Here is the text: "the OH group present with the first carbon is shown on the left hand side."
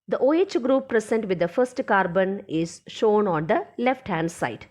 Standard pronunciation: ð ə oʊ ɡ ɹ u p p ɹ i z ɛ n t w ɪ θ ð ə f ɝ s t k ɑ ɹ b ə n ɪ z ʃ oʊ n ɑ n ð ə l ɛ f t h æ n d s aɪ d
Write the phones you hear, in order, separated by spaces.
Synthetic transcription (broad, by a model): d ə oʊ ɡ ɹ u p p ɹ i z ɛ n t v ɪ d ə f ɝ s t k ɑ ɹ b ə n ɪ z ʃ oʊ n ɑ n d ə l ɛ f t h æ n d s aɪ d